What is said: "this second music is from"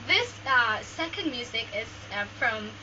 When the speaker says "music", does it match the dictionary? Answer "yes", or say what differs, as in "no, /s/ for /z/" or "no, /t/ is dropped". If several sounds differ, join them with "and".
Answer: yes